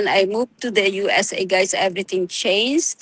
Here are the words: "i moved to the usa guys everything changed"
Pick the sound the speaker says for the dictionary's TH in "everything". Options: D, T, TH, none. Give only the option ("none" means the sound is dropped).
T